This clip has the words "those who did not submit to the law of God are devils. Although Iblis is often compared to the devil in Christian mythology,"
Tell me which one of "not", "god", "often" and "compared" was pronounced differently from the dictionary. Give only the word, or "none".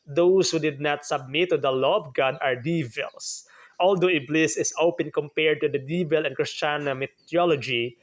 often